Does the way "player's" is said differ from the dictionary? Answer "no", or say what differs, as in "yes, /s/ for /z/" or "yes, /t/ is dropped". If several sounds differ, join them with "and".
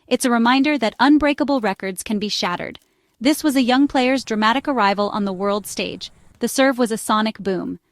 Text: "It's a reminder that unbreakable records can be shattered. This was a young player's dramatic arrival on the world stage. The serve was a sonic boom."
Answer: no